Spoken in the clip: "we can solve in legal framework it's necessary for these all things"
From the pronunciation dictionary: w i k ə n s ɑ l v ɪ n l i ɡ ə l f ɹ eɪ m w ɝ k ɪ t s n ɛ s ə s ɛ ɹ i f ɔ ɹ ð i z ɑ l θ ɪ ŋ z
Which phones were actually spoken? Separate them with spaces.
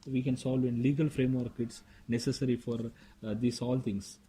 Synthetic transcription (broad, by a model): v i k ə n s ɑ l v ɪ n l i ɡ ə l f ɹ eɪ m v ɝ k ɪ t s n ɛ s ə s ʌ ɹ i f ɔ ɹ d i s ɑ l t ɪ ŋ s